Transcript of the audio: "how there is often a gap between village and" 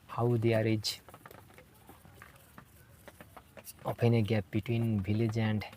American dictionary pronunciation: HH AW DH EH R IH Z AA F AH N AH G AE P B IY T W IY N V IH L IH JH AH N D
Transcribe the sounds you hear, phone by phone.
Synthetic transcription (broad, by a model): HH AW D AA R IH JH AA P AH N AH G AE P B IY T W IY N B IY L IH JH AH N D